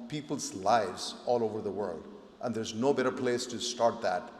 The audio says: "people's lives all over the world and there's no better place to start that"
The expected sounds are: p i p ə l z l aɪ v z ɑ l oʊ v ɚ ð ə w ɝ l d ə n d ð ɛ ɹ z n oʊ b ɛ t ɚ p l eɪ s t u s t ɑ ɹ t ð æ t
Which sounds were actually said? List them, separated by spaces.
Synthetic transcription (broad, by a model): p i p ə l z l aɪ v z ɑ l oʊ v ɚ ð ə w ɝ l d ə n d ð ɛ ɹ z n oʊ b ɛ t ɚ p l eɪ s t u s t ɑ ɹ t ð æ t